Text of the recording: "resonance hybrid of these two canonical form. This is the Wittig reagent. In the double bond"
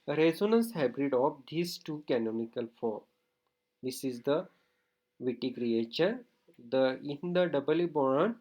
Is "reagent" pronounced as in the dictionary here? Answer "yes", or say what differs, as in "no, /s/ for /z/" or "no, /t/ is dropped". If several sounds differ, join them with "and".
no, /tʃ/ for /dʒ/